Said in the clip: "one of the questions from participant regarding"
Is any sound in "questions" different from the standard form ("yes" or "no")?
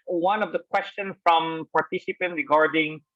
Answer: yes